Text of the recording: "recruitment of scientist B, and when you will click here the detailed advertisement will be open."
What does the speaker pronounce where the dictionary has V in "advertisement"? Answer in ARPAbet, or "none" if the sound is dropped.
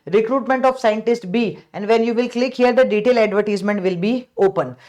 V